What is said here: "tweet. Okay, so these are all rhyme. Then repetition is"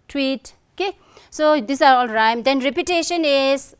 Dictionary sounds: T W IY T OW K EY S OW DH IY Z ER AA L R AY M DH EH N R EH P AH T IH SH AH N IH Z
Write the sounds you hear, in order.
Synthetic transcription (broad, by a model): T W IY T OW K EY S OW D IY S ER AA L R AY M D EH N R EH P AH T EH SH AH N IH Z